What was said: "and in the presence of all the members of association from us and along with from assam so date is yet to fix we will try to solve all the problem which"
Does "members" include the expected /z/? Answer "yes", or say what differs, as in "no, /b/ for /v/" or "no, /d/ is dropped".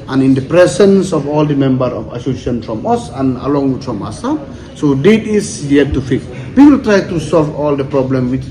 no, /z/ is dropped